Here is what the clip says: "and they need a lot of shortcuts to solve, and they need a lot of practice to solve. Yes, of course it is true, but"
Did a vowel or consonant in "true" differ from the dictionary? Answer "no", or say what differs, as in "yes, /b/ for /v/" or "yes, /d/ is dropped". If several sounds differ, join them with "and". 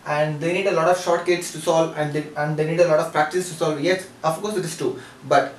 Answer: yes, /ɹ/ is dropped